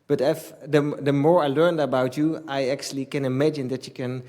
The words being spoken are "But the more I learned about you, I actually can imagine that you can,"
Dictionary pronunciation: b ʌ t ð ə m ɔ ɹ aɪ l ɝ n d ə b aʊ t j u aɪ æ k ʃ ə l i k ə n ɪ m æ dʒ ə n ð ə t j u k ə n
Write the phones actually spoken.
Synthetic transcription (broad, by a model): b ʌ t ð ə m ɔ ɹ aɪ l ɝ n d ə b aʊ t j u aɪ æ k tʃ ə l i k ə n ɪ m æ dʒ ə n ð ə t j u k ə n